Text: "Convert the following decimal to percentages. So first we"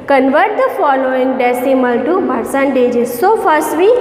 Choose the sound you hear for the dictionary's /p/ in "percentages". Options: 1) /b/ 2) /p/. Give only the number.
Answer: 1